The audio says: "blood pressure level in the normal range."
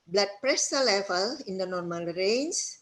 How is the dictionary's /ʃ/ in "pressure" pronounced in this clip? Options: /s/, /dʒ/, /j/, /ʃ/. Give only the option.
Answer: /s/